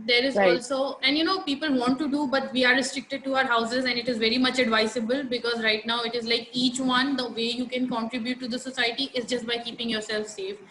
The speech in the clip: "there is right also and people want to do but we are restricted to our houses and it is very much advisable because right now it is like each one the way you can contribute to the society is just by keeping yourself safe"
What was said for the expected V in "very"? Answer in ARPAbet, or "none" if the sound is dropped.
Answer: V